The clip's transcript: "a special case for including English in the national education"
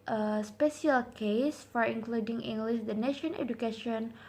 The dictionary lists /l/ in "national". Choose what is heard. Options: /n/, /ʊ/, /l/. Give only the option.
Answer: /n/